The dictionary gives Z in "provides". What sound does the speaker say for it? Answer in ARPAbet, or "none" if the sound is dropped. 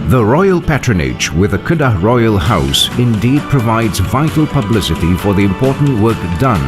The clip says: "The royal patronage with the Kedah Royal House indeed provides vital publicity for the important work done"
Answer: Z